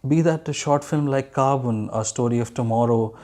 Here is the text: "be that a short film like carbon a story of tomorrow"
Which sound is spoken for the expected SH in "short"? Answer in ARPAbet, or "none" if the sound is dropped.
SH